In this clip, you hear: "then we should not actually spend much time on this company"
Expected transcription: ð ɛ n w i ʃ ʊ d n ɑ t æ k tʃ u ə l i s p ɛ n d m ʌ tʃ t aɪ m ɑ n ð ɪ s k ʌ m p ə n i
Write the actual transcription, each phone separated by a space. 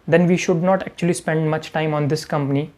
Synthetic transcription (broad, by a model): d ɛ n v i ʃ ʊ d n ɑ t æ k tʃ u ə l i s p ɛ n d m ʌ tʃ t aɪ m ɑ n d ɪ s k ʌ m p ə n i